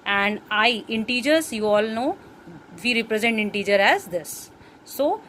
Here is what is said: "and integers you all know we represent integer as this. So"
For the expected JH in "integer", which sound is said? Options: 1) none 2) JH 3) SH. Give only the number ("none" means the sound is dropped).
2